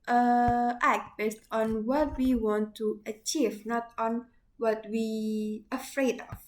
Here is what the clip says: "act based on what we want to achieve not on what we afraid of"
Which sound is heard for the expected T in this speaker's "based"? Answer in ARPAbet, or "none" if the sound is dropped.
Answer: T